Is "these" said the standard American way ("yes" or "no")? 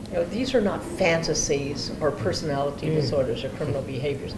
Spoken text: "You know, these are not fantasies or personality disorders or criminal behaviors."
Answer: yes